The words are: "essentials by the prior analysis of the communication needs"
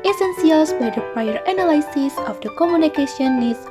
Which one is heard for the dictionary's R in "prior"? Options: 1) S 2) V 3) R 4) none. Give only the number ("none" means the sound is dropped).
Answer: 4